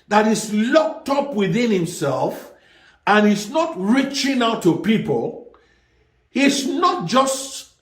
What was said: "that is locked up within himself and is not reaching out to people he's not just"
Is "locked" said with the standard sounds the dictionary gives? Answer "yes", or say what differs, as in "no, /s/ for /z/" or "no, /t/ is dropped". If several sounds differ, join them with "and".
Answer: yes